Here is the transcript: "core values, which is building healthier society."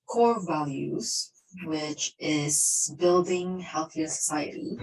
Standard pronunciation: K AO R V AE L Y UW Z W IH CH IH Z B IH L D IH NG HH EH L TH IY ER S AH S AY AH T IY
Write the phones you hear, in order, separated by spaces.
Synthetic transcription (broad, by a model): K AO R V AE L Y UW Z W IH CH IH Z B IH L D IH NG HH EH L TH IY ER S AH S AY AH T IY